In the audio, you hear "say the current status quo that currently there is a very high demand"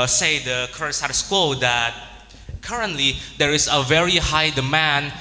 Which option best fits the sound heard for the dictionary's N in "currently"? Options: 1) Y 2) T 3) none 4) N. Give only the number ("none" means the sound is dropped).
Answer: 4